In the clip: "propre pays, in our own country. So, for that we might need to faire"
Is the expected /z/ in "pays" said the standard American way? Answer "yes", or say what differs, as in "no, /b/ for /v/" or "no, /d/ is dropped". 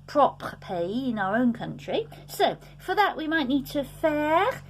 no, /z/ is dropped